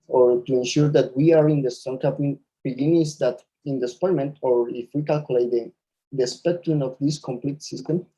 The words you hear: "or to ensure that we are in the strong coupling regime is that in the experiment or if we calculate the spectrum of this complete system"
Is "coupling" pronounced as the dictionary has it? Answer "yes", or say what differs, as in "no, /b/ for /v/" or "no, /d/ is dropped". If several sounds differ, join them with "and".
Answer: no, /l/ is dropped